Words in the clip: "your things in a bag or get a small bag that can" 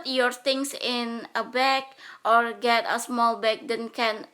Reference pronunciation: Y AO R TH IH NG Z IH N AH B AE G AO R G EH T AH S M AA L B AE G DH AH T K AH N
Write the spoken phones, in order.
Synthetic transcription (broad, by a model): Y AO R T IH NG S IH N AH B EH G AO R G EH T AH S M AA L B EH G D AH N K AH N